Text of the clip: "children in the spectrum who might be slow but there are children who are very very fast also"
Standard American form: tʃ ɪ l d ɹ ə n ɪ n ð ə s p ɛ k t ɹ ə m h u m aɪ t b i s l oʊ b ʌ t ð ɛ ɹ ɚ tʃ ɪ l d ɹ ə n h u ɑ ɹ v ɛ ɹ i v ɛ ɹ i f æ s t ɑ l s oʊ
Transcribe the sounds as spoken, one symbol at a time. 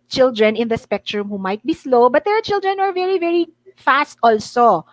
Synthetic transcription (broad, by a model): tʃ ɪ l d ɹ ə n ɪ n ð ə s p ɛ k t ɹ ə m h u m aɪ t b i s l oʊ b ʌ t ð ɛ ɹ tʃ ɪ l d ɹ ə n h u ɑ ɹ v ɛ ɹ i v ɛ ɹ i f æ s t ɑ l s oʊ